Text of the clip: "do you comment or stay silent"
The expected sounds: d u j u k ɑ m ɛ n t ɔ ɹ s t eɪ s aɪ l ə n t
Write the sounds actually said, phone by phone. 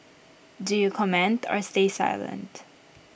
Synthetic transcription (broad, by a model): d u j u k ɑ m ɛ n t ɔ ɹ s t eɪ s aɪ l ə n t